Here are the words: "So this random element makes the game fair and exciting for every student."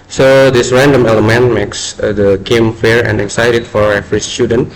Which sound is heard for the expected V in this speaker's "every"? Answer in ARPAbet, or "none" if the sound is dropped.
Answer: F